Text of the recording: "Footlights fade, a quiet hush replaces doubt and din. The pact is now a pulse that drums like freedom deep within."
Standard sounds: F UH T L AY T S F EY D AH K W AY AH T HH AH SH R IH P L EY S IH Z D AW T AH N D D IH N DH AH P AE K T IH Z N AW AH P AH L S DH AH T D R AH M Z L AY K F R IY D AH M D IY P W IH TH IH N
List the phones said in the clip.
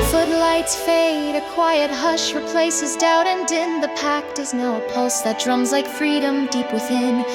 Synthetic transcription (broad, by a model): F UH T L AY T S F EY D AH K W AY AH T HH AH SH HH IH P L EY S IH Z D AW T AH N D D IH N DH AH P AE K T IH Z N AW AH P AH L S DH AH T D R AH M Z L AY K F R IY D AH M D IY P W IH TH IH N